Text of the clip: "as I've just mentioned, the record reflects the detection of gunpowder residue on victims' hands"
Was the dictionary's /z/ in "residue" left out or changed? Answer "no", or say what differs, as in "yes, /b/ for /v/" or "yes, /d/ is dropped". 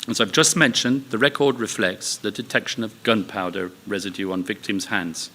no